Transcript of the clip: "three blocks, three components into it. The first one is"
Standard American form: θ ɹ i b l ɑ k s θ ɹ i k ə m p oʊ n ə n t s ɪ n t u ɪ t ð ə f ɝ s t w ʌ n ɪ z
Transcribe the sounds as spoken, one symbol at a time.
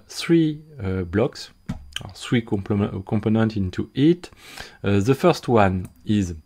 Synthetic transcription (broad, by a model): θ ɹ i b l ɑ k s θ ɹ i k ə m p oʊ n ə n t ɪ n t u ɪ t ð ə f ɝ s t w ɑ n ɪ z